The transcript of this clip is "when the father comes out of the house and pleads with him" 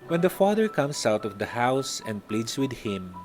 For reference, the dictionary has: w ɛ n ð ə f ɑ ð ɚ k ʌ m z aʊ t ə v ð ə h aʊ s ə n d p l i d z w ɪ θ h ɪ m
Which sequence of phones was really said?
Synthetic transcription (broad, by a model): w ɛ n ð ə f ɑ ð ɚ k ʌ m s aʊ t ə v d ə h aʊ s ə n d p l i d s w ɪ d h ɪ m